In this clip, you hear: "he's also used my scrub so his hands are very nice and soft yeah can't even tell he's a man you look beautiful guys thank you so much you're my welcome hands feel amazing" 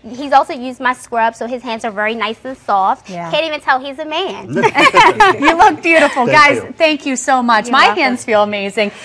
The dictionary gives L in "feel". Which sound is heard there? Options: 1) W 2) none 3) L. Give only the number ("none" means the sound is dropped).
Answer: 3